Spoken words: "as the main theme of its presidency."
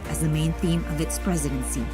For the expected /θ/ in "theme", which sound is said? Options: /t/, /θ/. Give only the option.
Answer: /θ/